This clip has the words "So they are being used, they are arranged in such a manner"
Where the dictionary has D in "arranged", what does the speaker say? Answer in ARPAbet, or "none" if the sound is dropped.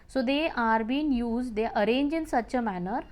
none